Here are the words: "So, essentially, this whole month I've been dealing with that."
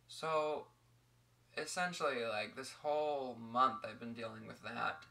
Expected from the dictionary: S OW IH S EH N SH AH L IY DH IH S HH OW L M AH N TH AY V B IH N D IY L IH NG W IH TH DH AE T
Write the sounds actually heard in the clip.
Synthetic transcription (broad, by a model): S OW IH S EH N SH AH L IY DH IH S HH OW L M AH N TH AY V B IH N D IY L IH NG W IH DH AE T